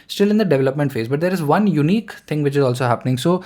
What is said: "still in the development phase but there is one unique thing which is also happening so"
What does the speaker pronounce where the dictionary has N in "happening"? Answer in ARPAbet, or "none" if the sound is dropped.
N